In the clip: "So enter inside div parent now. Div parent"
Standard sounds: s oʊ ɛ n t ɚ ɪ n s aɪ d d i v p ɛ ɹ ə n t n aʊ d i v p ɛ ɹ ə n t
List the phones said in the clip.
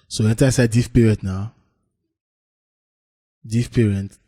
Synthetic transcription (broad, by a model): s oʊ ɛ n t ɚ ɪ s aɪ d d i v p ɛ ɹ ə n t n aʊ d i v p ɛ ɹ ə n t